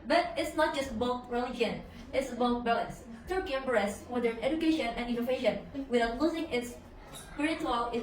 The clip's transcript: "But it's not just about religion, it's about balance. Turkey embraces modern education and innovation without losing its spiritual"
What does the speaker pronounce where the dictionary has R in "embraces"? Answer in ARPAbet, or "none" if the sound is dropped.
none